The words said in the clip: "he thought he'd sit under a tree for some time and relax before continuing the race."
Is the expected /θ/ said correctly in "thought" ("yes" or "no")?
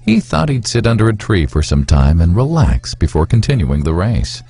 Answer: yes